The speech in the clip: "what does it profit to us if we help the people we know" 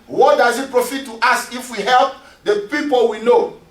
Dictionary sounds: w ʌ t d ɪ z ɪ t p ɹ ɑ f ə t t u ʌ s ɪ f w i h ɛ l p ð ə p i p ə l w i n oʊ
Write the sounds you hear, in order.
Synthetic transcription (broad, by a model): w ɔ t d ɪ z ɪ t p ɹ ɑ f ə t t u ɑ s ɪ f w i h ɛ l p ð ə p i p ə l w i n oʊ